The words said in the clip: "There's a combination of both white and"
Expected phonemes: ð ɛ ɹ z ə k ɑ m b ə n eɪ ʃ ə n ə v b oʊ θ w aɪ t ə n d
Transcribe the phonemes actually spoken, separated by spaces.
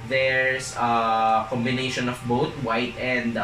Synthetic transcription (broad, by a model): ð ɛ ɹ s ə k ɑ m b ə n eɪ ʃ ə n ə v b oʊ t w aɪ t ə n d